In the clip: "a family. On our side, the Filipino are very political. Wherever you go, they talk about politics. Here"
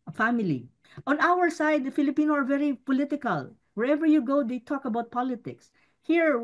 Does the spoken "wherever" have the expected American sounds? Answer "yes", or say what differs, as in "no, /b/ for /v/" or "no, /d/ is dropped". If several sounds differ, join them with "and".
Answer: yes